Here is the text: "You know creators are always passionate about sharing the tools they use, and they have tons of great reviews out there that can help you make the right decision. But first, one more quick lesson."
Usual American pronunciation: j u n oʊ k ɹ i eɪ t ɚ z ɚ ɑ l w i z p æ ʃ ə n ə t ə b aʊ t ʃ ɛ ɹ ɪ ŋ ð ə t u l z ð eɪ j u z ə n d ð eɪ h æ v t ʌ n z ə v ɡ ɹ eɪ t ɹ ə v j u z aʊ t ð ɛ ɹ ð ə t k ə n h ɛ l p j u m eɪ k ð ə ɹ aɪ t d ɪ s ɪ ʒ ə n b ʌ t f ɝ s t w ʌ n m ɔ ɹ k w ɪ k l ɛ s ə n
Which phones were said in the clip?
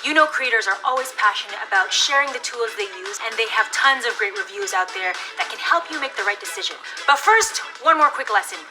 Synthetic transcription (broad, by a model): j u n oʊ k ɹ i eɪ t ɚ z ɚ ɑ l w i z p æ ʃ ə n ə t ə b aʊ t ʃ ɛ ɹ ɪ ŋ ð ə t u l z ð eɪ j u z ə n ð eɪ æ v t ʌ n z ə v ɡ ɹ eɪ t ɹ ə v j u z aʊ t ð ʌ ɹ ð ə t k ə n h ɛ l p j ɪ m eɪ k ð ə ɹ aɪ t d ɪ s ɪ ʒ ə n b ʌ t f ɝ s t w ʌ n m ɔ ɹ k w ɪ k l ɛ s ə n